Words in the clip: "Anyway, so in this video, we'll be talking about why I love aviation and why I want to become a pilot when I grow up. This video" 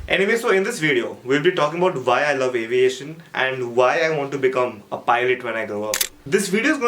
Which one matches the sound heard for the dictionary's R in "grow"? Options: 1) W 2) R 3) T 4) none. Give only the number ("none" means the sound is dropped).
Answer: 4